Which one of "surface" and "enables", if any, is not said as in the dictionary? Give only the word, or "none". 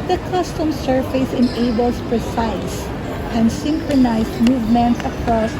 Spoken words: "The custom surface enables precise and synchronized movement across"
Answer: enables